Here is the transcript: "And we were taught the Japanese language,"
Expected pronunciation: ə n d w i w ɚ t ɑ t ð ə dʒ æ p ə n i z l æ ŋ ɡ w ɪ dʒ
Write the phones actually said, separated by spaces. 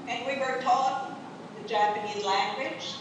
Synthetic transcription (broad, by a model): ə n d w i w ɚ t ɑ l ð ə dʒ æ p ə n i z l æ ŋ ɡ w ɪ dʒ